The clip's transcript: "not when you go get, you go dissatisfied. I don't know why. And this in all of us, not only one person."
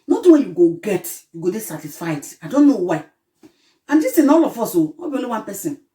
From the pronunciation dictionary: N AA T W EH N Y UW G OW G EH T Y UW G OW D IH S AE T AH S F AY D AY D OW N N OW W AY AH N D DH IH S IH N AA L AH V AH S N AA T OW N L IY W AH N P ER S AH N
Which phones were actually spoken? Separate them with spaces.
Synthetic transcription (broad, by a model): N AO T W EH N Y UW G OW G EH T Y UW G OW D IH S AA T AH S F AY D AY D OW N N OW W AY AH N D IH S IH N AA L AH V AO S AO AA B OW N IY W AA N P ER S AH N